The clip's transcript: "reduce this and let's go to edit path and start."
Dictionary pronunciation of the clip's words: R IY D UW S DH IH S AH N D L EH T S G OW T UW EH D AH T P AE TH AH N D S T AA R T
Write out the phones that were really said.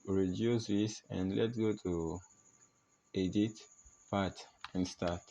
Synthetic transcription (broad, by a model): R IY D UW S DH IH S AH N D L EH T G OW T UW EH D AH T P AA T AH N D S T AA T